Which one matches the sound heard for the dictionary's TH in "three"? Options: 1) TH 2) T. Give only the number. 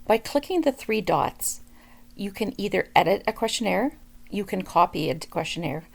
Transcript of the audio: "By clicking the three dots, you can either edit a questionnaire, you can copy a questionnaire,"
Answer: 1